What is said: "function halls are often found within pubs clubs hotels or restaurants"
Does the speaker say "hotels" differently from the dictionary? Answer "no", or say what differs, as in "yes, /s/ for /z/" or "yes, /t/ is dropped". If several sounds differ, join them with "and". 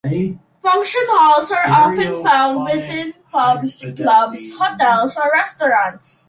yes, /s/ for /z/